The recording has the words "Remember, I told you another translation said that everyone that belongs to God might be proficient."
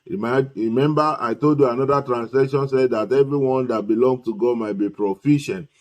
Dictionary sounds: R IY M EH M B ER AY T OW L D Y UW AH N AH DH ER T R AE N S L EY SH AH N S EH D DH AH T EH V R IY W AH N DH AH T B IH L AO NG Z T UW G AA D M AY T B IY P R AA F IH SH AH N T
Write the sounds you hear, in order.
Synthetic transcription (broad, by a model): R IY M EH M B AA AY T OW L D Y UW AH N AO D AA T R AE N S L EY SH AH N S EH D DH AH T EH V R IY W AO N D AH T B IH L AO NG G T UW G AA D M AY T B IY P R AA F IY SH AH N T